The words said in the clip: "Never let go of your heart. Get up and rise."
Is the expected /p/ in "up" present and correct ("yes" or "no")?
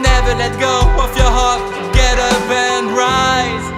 no